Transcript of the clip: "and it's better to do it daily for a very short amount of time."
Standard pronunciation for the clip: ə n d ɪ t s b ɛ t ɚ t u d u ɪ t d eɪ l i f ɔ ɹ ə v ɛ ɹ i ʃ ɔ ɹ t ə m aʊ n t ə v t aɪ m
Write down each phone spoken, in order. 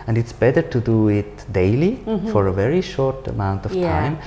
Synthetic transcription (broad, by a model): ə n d ɪ t s b ɛ t ɚ t u d u ɪ t d eɪ l i f ɔ ɹ ə v ɛ ɹ i ʃ ɔ ɹ t ə m aʊ n t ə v t aɪ m